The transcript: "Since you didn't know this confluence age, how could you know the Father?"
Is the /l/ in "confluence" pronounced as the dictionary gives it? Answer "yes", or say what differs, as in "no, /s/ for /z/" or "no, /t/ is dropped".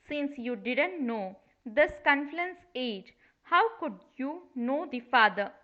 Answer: no, /l/ is dropped